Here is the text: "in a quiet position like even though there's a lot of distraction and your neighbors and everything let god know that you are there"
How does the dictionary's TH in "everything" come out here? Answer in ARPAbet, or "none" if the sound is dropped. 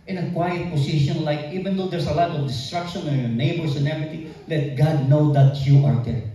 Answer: T